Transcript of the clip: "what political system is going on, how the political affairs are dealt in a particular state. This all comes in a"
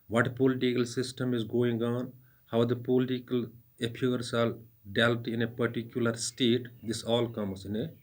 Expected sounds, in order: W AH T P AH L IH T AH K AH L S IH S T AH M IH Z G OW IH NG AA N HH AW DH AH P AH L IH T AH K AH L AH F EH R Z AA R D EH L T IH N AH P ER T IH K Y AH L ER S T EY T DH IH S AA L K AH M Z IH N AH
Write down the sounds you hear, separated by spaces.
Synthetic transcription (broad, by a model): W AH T P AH L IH T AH K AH L S IH S T AH M IH Z G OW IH NG AA N HH AW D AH P AH L IH T AH K AH L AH P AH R S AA L D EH L T IH N AH P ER T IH K Y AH L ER S T EY T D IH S AA L K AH M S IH N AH